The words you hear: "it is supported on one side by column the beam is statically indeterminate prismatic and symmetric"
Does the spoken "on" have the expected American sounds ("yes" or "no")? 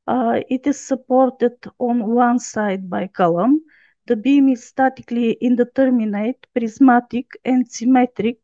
yes